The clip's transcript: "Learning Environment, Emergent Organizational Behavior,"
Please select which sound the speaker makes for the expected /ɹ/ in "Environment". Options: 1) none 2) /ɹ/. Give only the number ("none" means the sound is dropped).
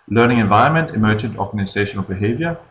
1